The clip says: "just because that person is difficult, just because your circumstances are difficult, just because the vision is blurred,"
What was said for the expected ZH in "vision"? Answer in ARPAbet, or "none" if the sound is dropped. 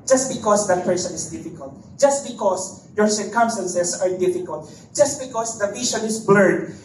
SH